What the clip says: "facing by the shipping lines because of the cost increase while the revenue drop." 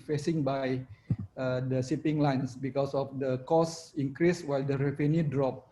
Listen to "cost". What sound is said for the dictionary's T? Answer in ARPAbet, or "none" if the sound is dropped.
none